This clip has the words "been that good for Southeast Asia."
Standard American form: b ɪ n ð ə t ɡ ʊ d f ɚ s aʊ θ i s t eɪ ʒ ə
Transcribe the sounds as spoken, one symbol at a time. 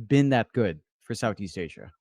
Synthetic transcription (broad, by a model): b ɪ n ð ə t ɡ ʊ d f ɚ s aʊ θ i s t eɪ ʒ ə